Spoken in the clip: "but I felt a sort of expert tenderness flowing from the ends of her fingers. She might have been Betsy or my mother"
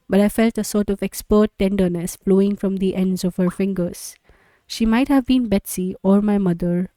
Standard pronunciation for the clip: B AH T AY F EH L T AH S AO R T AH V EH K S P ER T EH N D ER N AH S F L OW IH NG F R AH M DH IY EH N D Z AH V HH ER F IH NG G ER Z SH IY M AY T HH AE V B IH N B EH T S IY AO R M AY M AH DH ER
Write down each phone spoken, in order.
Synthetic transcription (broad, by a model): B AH T AY F EH L T AH S AO R T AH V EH K S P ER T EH N D ER N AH S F L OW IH NG F R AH M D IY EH N D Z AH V HH ER F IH NG G ER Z SH IY M AY T HH AE V B IH N B EH T S IY AO R M AY M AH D ER